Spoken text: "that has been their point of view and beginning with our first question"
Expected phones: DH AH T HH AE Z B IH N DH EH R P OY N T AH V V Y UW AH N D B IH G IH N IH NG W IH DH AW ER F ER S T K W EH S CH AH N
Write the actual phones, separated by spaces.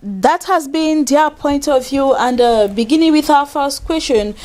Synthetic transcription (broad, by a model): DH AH T HH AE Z B IH N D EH P OY N T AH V V Y UW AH N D B IH G IH N IH NG W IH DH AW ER F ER S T K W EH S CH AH N